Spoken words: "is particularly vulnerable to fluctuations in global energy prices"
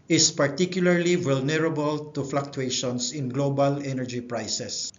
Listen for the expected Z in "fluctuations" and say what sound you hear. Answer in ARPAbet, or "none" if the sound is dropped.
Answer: S